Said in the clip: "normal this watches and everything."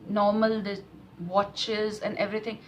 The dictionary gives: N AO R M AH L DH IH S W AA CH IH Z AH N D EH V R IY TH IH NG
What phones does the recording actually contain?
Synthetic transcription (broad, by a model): N AO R M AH L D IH W AA CH IH Z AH N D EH V R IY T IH NG